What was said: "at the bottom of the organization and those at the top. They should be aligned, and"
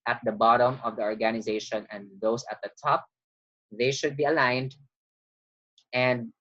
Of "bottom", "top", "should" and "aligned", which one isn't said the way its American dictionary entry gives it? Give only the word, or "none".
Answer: none